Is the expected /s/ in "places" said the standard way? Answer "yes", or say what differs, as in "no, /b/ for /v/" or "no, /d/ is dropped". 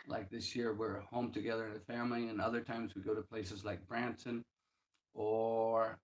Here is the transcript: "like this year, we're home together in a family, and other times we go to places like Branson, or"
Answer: yes